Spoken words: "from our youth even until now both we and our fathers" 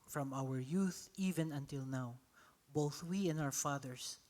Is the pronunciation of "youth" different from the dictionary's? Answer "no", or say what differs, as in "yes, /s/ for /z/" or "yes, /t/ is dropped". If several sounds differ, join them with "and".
no